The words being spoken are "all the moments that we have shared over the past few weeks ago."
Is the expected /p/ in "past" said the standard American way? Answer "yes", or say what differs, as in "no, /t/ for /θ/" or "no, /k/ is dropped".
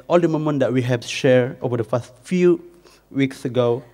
no, /f/ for /p/